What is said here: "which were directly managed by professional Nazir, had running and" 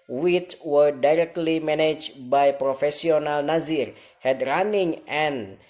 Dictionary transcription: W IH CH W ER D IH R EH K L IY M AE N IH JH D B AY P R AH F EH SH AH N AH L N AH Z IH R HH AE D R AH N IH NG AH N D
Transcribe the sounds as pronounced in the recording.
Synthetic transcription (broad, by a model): W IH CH W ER D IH R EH K L IY M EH N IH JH B AY P R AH F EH S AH N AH L N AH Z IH R HH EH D R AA N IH NG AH N